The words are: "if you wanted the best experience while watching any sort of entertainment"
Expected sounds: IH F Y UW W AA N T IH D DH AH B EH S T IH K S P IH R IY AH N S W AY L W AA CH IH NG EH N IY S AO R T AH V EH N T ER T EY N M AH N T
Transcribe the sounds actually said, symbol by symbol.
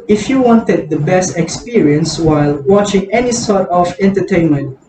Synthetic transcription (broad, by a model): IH F Y UW W AA N T IH D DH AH B EH S T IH K S P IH R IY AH N S W AY L W AA CH IH NG EH N IY S AO R T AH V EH N T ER T EY N M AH N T